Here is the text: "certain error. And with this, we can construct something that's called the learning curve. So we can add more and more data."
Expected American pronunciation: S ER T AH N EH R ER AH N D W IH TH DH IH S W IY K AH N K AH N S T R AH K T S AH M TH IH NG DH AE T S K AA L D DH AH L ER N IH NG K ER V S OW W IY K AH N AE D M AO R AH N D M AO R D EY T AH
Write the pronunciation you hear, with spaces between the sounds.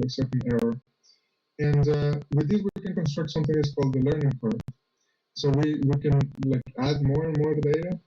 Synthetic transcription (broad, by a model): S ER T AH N EH R ER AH N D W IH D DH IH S W IY K AH N K AH N S T R AH K T S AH M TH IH NG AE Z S K AA L D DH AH L ER N IH NG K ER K S OW W IY K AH N AE D M AO R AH N M AO R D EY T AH